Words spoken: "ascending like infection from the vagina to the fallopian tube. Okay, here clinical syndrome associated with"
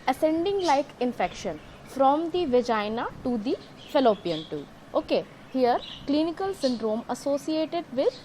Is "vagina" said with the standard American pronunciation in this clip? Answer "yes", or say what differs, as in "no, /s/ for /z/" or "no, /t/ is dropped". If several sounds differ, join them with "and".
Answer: yes